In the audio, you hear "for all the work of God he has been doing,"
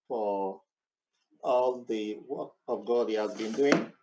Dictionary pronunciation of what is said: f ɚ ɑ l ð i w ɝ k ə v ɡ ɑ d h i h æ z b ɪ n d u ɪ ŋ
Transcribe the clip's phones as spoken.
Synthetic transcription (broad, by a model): f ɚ ɑ l ð i w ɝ ə v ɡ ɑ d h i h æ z b ɪ n d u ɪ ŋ